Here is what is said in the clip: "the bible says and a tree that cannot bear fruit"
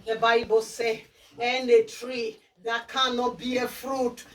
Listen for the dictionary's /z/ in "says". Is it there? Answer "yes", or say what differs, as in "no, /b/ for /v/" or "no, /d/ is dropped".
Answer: no, /z/ is dropped